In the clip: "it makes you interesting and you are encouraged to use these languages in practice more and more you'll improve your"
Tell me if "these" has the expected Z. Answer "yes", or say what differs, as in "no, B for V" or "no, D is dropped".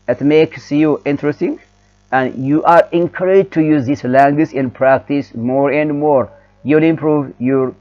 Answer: no, S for Z